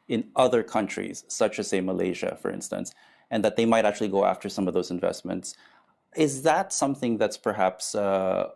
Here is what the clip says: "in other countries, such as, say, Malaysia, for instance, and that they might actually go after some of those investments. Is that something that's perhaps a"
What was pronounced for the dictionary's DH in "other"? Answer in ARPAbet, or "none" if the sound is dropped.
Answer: DH